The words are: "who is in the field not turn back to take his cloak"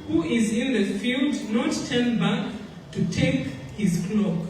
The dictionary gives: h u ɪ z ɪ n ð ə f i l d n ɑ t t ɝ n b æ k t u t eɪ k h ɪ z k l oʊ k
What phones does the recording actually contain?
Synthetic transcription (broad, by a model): h u ɪ z ɪ n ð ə f i l d n ɑ t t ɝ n b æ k t u t eɪ k h ɪ z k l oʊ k